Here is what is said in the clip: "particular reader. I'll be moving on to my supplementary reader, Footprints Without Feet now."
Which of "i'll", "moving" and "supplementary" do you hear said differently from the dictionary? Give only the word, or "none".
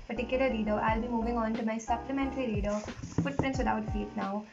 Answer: none